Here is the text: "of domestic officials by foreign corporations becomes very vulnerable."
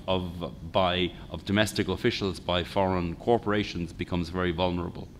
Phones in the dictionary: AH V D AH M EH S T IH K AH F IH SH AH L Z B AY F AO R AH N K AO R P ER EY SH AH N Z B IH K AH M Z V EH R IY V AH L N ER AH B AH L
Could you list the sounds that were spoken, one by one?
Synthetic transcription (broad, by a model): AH V D AH M EH S T IH K AH F IH SH AH L Z B AY F AO R AH N K AO R P ER EY SH AH N Z B IH K AH M Z V EH R IY V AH L N ER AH B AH L